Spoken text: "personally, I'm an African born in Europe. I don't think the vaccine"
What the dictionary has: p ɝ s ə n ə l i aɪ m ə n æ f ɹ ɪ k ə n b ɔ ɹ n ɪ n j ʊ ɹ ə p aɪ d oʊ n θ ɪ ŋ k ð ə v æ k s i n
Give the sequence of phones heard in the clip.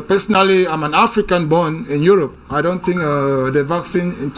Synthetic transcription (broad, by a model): p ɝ s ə n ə l i aɪ m ə n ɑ f ɹ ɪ k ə n b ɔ n ɪ n j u ɹ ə p aɪ d oʊ n t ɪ ŋ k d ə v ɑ k s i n